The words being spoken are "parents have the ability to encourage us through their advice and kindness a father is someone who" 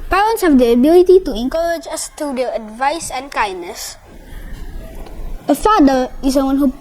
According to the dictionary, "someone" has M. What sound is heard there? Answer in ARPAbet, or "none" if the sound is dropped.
none